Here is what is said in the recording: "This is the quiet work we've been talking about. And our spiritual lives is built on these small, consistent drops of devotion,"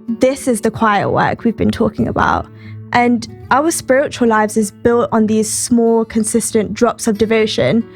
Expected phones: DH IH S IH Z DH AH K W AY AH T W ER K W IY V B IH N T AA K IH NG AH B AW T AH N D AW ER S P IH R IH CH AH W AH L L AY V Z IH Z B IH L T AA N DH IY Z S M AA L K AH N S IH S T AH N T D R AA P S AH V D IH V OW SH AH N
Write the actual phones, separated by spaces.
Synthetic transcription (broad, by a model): DH IH S IH Z DH AH K W AY AH T W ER K W IY V B IH N T AA K IH NG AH B AW T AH N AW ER S P IH R IH CH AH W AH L L AY V Z IH Z B IH L T N DH IY Z S M AA L K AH N S IH S T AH N D R AA P S AH V D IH V OW SH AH N